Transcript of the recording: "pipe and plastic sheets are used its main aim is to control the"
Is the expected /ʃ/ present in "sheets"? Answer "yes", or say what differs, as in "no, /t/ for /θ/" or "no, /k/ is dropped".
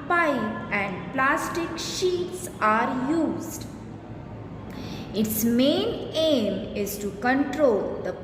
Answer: yes